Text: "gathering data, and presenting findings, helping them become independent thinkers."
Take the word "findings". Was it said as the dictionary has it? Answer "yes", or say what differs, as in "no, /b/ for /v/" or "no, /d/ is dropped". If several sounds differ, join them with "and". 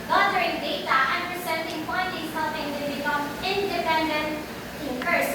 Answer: no, /p/ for /f/ and /ŋ/ is dropped